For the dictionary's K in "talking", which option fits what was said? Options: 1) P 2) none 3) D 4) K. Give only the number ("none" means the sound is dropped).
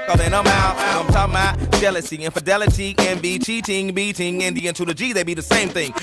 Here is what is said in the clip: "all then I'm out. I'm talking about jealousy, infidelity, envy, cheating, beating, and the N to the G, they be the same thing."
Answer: 2